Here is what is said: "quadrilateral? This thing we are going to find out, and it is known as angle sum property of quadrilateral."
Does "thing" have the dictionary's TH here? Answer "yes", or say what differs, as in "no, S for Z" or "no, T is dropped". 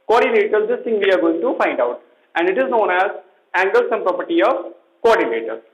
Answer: no, T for TH